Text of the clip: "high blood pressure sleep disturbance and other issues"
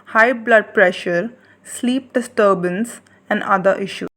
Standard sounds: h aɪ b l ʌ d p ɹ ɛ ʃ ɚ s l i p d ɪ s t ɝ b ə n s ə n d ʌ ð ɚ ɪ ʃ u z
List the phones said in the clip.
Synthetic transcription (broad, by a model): h aɪ b l ʌ d p ɹ ɛ ʃ ɚ s l i p d ɪ s t ɝ b ə n s ə n d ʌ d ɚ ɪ ʃ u